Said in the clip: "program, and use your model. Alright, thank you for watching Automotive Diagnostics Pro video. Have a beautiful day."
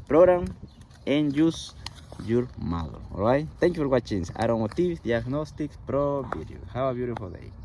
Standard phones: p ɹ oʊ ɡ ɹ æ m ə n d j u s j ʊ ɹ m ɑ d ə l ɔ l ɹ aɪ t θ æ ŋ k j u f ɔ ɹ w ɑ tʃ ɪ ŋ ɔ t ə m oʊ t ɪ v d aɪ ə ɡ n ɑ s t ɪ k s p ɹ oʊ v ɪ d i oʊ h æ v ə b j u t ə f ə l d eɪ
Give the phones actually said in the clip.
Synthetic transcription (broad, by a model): p ɹ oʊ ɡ ɹ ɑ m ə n j u s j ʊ ɹ m ɑ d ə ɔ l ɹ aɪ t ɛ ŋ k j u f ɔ ɹ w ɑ tʃ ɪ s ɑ t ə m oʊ t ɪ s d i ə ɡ n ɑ s t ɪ k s p ɹ oʊ b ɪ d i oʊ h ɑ w ə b j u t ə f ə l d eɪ